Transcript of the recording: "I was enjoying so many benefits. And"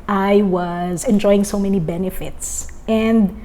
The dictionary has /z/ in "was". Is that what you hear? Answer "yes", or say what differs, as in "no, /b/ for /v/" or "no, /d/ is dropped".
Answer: yes